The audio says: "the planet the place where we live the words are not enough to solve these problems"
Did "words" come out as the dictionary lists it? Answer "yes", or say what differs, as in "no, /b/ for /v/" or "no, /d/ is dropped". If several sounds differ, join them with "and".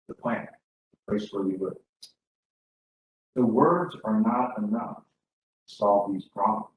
yes